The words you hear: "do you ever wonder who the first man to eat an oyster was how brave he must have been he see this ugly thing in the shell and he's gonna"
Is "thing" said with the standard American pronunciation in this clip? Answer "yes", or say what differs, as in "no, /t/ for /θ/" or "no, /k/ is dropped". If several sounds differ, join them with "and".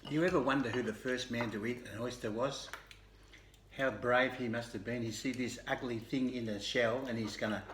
yes